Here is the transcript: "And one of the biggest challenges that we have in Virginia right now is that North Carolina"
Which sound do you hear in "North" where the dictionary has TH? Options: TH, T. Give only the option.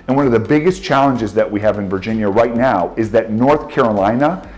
TH